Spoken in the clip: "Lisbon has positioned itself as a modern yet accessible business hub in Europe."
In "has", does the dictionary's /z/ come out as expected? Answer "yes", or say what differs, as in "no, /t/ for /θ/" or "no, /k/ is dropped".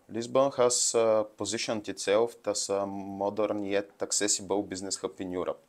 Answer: no, /s/ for /z/